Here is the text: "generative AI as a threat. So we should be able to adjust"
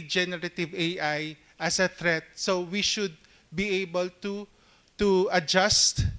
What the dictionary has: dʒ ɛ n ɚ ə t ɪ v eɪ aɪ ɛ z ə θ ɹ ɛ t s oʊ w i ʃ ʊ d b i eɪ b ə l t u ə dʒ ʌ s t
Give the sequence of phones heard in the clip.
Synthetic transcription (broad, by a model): dʒ ɛ n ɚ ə t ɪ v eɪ aɪ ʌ s ə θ ɹ ɛ t s oʊ w i ʃ ʊ d b i eɪ b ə l t u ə dʒ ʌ s t